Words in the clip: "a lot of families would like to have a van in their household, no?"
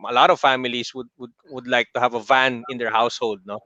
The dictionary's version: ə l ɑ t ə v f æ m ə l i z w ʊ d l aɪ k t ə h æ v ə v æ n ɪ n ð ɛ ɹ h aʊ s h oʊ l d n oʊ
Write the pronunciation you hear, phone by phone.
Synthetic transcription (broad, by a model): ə l ɑ t ə v f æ m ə l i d w ʊ d l aɪ k t ə h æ v ə v æ n ɪ n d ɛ ɹ h aʊ s h oʊ l d n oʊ